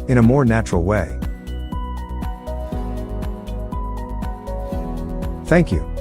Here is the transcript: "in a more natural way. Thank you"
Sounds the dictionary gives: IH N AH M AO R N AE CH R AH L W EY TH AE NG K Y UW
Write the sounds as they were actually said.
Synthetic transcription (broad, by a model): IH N AH M AO R N AE CH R L W EY TH AE NG K Y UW